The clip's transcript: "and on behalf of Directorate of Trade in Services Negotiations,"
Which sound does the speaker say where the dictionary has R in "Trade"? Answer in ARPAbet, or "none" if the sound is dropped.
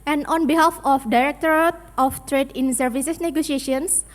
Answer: R